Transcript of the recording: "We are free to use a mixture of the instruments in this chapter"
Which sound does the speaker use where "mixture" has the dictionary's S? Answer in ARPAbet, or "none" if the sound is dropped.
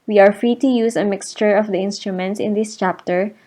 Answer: S